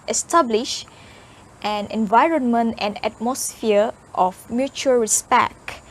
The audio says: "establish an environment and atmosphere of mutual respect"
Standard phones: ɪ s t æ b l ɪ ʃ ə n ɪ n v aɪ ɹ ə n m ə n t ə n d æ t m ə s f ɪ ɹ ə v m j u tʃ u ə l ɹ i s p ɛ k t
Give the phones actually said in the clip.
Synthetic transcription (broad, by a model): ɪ s t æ b l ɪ ʃ ə n ɪ n v aɪ ɹ ə n m ə n t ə n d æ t m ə s f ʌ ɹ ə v m j u tʃ u ə l ɹ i s p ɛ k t